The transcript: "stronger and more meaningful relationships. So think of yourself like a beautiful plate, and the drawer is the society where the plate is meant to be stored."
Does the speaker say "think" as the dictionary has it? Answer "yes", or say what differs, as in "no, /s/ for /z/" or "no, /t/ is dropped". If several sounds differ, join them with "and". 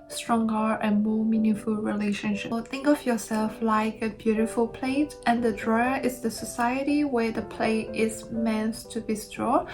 yes